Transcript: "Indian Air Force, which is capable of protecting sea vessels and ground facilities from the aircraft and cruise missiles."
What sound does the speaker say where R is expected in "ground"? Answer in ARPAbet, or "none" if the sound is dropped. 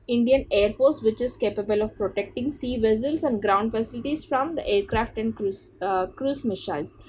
R